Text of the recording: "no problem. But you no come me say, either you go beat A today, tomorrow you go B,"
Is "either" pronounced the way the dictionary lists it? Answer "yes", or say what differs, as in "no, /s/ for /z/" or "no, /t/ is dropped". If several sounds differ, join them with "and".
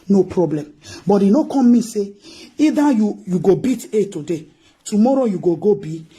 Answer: no, /ð/ is dropped